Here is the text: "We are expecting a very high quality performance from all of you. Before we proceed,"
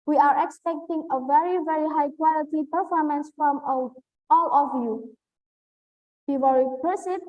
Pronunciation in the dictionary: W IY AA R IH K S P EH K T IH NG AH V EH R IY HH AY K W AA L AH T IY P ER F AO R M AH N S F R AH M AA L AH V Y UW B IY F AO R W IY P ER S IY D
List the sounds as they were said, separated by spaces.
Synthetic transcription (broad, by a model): W IY AA R IH K S P EH K T IH NG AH V EH R IY HH AY K W AA L AH T IY P ER F AO R M AH N S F R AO M AA L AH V Y UW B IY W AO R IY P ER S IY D